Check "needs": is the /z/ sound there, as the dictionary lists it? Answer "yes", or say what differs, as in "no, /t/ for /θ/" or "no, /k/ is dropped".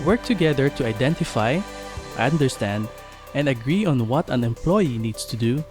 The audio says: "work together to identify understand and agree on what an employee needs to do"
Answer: no, /s/ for /z/